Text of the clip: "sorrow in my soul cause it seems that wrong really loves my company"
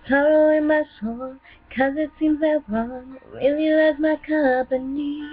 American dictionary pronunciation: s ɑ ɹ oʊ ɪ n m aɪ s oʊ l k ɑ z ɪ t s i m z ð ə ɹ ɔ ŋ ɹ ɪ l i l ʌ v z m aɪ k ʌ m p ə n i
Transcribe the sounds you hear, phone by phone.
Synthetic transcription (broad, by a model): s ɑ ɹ oʊ ɪ n m aɪ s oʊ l k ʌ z ɪ t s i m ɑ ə w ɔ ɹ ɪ l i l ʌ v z m aɪ k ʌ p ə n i